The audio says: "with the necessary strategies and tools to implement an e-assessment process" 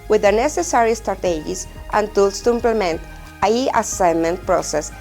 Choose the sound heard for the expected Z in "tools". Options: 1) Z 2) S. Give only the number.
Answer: 2